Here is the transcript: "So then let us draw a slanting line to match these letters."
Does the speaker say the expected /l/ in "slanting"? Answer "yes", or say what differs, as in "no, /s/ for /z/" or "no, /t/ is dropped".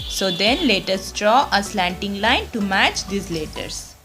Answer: yes